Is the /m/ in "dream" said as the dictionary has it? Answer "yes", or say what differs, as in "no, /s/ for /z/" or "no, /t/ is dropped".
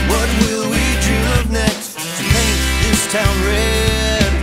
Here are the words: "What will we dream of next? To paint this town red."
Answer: no, /m/ is dropped